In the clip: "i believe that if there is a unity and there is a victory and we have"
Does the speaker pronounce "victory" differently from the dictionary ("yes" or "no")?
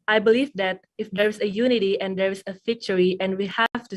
yes